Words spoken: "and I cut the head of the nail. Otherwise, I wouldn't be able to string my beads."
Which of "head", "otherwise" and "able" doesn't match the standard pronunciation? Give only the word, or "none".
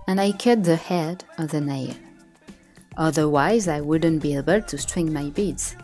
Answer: none